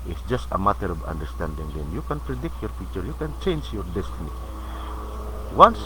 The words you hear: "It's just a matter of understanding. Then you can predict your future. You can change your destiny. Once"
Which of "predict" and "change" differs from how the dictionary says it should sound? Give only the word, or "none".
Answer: none